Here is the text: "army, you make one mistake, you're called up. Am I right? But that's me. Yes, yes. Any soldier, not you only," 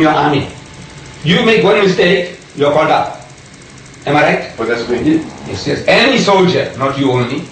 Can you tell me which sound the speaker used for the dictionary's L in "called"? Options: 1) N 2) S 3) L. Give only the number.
1